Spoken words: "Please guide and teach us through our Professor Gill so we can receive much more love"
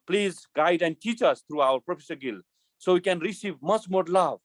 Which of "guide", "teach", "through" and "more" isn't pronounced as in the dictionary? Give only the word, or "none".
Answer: through